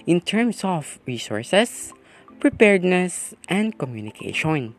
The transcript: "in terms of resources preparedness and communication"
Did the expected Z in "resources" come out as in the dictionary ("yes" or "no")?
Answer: no